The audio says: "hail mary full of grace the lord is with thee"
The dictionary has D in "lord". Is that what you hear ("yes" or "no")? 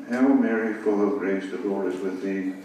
no